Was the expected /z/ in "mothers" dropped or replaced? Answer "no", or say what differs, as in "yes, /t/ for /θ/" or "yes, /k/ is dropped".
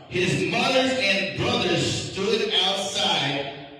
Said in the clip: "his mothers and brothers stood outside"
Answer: yes, /z/ is dropped